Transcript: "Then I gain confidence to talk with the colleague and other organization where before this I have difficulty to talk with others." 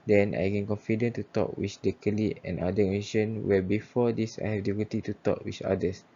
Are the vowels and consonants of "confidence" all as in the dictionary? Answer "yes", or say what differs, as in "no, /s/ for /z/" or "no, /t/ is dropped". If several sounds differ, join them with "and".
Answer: no, /s/ is dropped